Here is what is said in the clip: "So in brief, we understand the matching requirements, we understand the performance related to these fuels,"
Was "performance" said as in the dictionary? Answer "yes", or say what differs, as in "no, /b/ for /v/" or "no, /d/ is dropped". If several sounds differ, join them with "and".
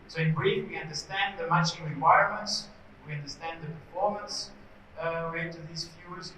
yes